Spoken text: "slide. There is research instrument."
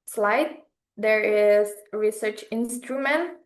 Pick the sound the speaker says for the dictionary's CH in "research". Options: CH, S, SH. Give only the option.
CH